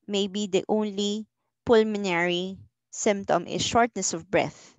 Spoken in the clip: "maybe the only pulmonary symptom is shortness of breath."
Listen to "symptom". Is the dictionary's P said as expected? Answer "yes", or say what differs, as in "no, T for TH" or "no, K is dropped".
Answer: yes